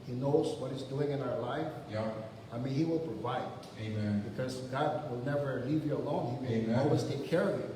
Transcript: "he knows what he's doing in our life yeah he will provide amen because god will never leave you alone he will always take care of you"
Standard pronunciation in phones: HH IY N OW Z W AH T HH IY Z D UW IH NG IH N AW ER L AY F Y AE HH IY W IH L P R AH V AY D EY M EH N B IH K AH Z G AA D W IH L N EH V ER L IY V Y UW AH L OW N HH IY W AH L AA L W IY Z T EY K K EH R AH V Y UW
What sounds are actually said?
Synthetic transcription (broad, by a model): HH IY N OW Z W AH T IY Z D UW IH NG IH N AW ER L AY F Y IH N IY W IH L P R AH V AY D EY M EH N B IH K AH Z G AA D W IH L N EH V ER L IY V Y UW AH L OW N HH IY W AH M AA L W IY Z T EY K K EH R AH V Y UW